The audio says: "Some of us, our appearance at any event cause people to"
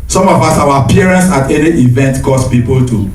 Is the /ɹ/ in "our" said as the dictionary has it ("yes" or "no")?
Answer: no